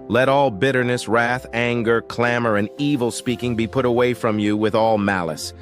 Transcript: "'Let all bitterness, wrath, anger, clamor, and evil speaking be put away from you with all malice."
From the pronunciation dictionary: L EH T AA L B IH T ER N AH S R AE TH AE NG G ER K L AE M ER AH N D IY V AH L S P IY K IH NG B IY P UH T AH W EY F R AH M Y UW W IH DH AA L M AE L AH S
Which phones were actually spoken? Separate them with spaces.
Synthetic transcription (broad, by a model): L EH T AA L B IH T ER N AH S R AE TH AE NG G ER K L AE M ER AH N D IY V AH L S P IY K IH NG B IY P UH T AH W EY F R AH M Y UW W IH DH AA L M AE L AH S